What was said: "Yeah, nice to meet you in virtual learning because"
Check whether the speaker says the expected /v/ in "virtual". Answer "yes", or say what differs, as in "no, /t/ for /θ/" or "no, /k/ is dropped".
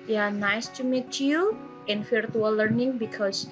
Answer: no, /f/ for /v/